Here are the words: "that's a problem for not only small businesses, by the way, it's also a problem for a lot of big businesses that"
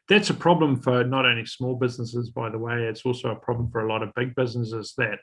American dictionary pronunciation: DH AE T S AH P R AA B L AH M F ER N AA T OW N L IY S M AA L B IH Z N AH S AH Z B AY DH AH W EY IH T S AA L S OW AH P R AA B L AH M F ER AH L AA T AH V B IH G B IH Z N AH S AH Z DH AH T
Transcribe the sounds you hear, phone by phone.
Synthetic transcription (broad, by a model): DH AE T S AH P R AA B L AH M F ER N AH T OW N IY S M AA L B IH Z N AH S AH Z B AY DH AH W EY IH T S AA L S OW AH P R AA B L AH M F ER AH L AA T AH V B IH G B IH Z N AH S AH Z DH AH T